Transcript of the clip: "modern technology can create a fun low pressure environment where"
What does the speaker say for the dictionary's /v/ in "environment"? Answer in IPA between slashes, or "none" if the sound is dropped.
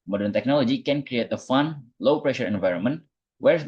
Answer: /v/